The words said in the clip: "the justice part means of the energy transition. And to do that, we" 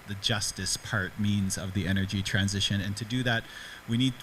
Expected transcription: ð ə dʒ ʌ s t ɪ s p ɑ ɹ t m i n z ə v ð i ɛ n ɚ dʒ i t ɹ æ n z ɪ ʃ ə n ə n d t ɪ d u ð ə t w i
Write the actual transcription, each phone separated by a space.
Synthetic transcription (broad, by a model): ð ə dʒ ʌ s t ɪ s p ɑ ɹ t m i n z ə v ð i ɛ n ɚ dʒ i t ɹ æ n z ɪ ʃ ə n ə n t ɪ d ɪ ð ə t w i